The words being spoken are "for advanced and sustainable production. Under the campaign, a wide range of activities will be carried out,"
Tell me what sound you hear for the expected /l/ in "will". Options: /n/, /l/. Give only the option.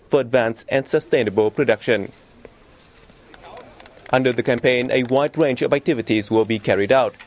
/l/